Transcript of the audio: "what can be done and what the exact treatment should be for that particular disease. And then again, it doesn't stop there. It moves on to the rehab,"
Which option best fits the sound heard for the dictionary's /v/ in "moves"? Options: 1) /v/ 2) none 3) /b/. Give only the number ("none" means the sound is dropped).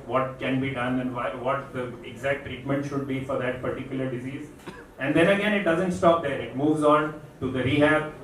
1